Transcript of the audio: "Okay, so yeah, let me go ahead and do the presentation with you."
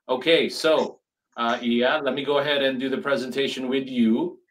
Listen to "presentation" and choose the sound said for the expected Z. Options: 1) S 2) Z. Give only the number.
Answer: 2